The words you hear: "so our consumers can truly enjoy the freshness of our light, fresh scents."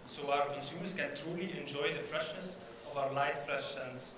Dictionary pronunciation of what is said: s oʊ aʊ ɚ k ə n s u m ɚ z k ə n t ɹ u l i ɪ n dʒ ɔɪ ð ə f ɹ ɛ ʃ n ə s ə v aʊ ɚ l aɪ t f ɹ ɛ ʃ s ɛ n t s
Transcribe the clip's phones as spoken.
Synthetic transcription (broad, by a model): s oʊ aʊ ɚ k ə n s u m ɚ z k ə n t ɹ u l i ɪ n dʒ ɔɪ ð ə f ɹ ɛ ʃ n ə s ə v aʊ ɚ l aɪ t f ɹ ɛ ʃ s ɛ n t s